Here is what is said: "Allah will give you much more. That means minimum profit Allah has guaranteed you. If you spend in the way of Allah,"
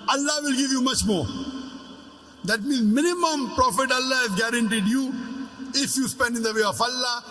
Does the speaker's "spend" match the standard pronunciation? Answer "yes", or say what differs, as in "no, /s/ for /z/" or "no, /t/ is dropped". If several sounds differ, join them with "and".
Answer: yes